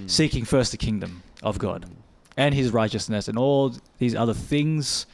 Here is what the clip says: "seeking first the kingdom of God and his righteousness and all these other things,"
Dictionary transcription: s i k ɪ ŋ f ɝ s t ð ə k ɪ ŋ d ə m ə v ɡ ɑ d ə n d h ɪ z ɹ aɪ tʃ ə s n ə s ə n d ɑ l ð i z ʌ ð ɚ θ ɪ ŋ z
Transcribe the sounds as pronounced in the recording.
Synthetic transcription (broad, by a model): s i k ɪ ŋ f ɝ s t ð ə k ɪ ŋ d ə m ə v ɡ ɑ d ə n ɪ z ɹ aɪ tʃ ə s n ə s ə n ɑ l ð i z ʌ ð ɚ θ ɪ ŋ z